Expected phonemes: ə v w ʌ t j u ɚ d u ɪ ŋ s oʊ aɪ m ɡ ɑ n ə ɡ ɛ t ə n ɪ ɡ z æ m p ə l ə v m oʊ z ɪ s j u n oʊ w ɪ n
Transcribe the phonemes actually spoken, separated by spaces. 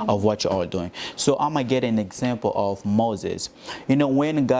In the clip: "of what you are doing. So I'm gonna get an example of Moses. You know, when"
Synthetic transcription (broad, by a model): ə v w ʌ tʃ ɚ d u ɪ ŋ s oʊ aɪ m ɑ ə ɡ ɛ t ə n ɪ ɡ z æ m p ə l ə v m oʊ z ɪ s j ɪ n oʊ w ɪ n